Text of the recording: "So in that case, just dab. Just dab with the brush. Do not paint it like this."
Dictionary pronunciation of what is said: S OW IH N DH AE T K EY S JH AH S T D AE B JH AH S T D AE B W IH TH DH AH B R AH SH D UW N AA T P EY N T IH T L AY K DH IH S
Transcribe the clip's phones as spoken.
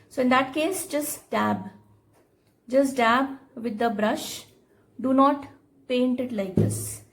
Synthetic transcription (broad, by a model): S OW IH N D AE T K EY S JH AH S T D AE B JH AH S T D AE B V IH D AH B R AH SH D UW N AA T P EY N T IH T L AY K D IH S